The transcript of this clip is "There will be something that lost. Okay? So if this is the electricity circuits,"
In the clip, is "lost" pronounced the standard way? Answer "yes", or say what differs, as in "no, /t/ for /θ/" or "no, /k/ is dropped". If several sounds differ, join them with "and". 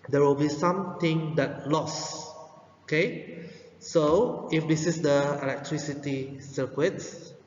no, /t/ is dropped